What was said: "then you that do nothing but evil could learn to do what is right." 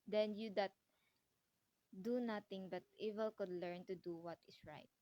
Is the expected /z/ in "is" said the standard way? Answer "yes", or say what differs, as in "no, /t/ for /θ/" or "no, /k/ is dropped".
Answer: no, /s/ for /z/